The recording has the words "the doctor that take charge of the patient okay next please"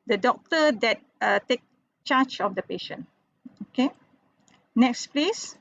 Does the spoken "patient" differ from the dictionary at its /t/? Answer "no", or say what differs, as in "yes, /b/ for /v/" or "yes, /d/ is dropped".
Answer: yes, /t/ is dropped